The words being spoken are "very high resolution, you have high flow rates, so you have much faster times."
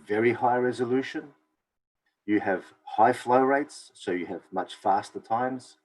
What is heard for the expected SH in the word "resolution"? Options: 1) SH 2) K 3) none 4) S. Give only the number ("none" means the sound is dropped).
1